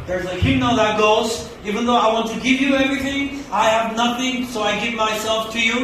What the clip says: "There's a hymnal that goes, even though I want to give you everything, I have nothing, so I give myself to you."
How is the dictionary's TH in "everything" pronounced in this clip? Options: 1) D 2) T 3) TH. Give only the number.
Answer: 3